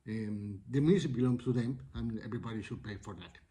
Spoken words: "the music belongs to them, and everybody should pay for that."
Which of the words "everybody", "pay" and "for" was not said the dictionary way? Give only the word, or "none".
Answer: everybody